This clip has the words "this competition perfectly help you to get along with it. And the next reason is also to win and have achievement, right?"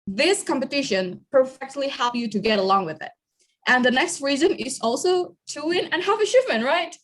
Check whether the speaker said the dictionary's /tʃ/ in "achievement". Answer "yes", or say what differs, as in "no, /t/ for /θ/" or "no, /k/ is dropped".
no, /ʃ/ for /tʃ/